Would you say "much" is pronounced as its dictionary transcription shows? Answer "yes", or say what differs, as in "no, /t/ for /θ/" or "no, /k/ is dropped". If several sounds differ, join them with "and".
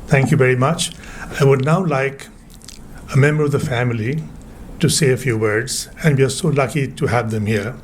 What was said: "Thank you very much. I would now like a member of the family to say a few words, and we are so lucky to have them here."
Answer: yes